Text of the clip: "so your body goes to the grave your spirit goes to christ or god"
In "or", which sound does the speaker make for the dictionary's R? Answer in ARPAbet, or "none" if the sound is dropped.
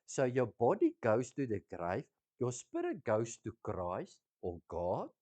L